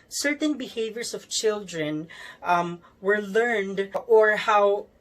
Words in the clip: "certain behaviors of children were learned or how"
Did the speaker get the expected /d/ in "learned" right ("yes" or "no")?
yes